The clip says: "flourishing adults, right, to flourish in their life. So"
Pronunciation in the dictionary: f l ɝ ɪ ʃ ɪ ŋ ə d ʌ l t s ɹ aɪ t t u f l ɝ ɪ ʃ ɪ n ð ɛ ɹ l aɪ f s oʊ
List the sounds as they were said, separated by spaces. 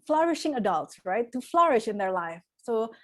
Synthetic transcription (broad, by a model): f l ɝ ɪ ʃ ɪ ŋ ə d ʌ l t s ɹ aɪ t t u f l ɝ ɪ ʃ ɪ n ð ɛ ɹ l aɪ f s oʊ